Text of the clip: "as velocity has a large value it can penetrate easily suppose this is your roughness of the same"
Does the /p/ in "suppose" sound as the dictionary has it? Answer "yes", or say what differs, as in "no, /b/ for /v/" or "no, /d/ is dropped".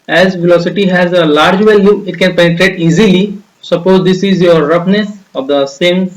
yes